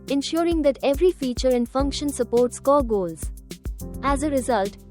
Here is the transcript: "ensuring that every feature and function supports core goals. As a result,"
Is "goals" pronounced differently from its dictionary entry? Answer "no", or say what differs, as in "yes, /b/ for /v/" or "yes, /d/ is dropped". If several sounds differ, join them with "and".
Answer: no